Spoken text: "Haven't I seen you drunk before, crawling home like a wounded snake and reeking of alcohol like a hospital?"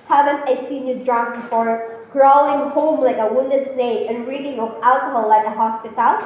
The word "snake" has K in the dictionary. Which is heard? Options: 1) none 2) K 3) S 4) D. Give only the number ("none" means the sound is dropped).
1